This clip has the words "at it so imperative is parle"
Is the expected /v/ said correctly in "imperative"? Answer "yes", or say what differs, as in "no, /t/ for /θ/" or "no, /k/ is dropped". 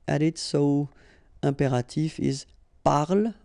no, /f/ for /v/